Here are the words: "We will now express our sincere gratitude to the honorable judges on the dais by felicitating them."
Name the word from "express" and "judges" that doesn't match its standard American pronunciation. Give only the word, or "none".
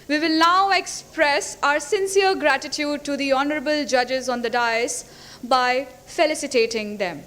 none